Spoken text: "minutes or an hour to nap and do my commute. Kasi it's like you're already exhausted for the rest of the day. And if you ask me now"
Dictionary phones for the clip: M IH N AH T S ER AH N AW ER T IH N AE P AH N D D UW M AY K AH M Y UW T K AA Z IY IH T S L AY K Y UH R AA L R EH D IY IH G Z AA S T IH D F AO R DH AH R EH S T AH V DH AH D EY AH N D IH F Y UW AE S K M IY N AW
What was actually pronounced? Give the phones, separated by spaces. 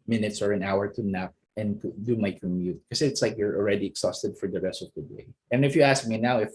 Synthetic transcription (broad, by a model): M IH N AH T S ER AH N AW ER T IH N AE P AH N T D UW M AY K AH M Y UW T K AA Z IH T S L AY K Y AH R AA L R EH D IY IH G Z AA S T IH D F AO R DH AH R EH S T AH V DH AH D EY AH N IH F Y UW AE S K M IY N AW